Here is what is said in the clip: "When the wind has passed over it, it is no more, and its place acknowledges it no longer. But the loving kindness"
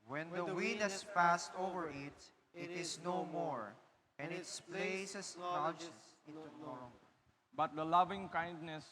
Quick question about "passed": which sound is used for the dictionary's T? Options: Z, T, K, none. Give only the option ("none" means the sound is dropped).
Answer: T